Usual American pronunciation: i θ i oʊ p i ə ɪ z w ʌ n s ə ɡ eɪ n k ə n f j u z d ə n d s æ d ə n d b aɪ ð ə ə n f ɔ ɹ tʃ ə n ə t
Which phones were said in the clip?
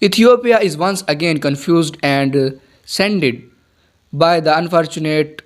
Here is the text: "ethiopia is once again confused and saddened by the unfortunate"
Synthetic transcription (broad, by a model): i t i oʊ p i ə ɪ z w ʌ n s ə ɡ eɪ n k ə n f j u z d ə n d s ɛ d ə d b aɪ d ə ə n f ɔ ɹ tʃ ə n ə t